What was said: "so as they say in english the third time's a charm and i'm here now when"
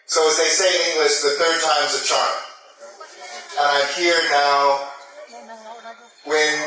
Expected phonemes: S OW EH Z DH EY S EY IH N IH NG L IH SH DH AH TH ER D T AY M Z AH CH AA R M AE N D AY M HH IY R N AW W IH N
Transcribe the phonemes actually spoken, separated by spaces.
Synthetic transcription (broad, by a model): S OW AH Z DH EY S EY IH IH NG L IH S DH AH TH ER D T AY M Z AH CH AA R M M HH IY R N AW W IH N